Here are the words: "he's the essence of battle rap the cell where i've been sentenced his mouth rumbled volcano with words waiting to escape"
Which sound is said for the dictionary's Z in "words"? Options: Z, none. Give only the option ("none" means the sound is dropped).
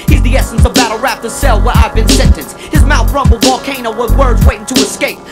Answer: Z